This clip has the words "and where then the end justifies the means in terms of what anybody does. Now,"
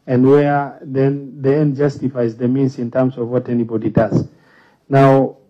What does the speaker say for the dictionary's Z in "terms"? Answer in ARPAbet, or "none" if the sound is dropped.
S